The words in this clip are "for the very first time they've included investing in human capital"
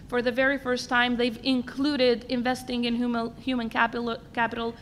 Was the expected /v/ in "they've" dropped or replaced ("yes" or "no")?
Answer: no